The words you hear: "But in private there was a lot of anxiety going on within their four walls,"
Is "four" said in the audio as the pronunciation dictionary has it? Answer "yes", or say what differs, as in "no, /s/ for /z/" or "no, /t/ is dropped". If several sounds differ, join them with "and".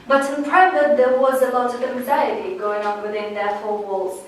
no, /l/ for /ɹ/